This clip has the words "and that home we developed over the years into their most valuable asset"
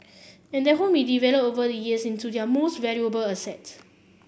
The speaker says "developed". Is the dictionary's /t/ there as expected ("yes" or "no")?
no